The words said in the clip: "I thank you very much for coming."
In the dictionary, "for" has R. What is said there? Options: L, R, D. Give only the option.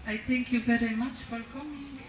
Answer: L